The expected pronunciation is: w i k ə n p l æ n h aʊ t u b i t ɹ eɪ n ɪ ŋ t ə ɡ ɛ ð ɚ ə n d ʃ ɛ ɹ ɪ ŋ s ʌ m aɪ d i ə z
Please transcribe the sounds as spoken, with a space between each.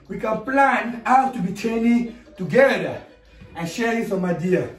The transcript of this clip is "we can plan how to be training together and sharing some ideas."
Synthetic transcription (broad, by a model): w i k ə n p l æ n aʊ t u b i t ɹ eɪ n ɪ t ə ɡ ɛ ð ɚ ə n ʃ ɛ ɪ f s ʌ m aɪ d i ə